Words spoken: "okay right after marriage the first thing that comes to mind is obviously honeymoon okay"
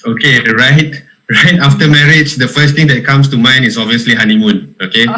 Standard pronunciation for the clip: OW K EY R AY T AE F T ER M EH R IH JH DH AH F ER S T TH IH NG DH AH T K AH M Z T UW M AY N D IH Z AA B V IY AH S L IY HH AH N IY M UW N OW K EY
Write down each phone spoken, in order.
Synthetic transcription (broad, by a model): OW K EY R AY T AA F T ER M EH R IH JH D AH F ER S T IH NG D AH T K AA M S T UW M AY N IH S AA B V IY AH S L IY HH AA N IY M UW N OW K EY